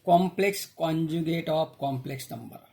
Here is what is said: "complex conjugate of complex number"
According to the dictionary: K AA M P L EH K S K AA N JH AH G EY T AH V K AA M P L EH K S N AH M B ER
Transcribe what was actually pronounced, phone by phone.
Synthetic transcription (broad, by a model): K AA M P L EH K S K AA N JH AH G EY T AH P K AA M P L EH K S N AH M B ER